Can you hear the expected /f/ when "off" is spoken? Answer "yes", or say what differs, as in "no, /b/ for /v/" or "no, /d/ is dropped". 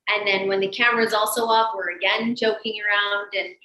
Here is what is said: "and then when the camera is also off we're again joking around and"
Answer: no, /p/ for /f/